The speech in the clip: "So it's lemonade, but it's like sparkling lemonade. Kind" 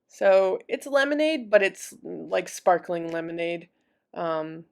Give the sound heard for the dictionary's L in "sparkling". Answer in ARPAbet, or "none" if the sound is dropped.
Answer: L